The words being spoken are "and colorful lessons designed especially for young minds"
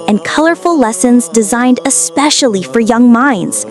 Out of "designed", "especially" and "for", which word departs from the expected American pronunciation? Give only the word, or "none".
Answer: none